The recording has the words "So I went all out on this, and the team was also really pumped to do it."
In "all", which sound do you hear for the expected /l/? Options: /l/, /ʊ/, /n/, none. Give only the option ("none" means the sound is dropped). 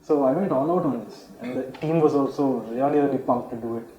/n/